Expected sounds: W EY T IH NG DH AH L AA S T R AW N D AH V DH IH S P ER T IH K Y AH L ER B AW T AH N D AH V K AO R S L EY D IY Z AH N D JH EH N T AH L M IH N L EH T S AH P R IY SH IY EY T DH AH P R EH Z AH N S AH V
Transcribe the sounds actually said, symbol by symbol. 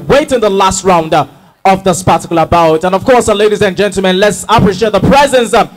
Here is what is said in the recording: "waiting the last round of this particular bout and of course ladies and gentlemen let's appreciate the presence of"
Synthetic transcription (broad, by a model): W EY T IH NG DH AH L AA S T R AW N D AH V DH IH S P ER T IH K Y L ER B AW T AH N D AH V K AO R S L EY D IY Z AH N JH EH N T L M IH N L EH T S AH P R IY SH IY EY T DH AH P R EH Z AH N S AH